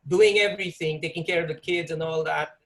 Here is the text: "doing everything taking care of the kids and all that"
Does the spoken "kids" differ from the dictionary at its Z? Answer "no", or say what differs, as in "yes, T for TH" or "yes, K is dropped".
no